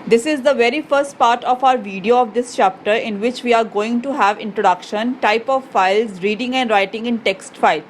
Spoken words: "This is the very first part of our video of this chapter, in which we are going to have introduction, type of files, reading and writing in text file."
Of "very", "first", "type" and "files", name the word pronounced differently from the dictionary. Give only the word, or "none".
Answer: none